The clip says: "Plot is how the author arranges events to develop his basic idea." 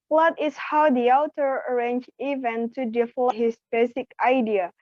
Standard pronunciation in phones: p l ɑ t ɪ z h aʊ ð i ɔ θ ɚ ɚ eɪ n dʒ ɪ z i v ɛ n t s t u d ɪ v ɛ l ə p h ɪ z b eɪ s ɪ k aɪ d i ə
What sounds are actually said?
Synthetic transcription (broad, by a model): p l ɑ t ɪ s h aʊ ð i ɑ t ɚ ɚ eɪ n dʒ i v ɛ n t t u d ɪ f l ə h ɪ s b eɪ s ɪ k aɪ d i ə